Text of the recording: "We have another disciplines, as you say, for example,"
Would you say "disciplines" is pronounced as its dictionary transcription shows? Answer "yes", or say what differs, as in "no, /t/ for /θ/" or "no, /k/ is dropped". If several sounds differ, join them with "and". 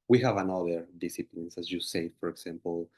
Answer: no, /s/ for /z/